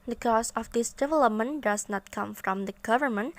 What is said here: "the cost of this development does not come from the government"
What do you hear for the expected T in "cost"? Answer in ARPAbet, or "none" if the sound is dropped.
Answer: none